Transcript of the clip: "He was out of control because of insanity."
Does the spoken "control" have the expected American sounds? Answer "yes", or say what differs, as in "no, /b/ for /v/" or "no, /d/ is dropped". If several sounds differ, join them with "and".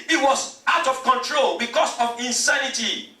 yes